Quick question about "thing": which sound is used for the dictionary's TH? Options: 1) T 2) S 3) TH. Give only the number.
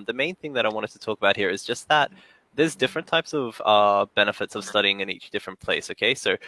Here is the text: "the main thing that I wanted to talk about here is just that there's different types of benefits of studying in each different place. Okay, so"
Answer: 3